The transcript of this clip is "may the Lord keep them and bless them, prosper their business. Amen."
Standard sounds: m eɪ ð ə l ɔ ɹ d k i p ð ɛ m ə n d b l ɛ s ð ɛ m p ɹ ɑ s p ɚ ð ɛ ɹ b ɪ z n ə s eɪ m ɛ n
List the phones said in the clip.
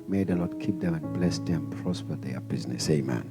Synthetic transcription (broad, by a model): m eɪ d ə n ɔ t k i p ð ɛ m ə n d b l ɛ s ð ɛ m p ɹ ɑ s p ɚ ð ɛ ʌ b ɪ z n ə s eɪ m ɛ n